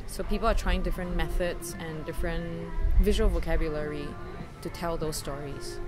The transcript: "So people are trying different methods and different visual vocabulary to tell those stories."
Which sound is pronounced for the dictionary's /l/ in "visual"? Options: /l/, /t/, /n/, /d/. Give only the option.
/l/